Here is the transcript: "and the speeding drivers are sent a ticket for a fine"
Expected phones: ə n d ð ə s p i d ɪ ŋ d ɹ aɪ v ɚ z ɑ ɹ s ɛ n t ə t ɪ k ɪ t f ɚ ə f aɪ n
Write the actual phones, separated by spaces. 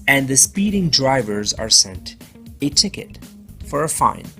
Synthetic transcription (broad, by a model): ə n ð ə s p i d ɪ ŋ d ɹ aɪ v ɚ z ɑ ɹ s ɛ n t ə t ɪ k ɪ t f ɚ ə f aɪ n